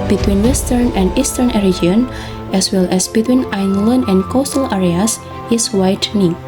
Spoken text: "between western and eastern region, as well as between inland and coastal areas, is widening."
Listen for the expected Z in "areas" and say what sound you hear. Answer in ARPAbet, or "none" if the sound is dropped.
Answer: S